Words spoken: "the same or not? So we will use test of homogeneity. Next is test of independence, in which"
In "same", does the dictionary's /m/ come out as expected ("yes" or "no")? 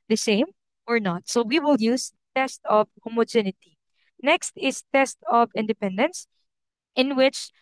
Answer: yes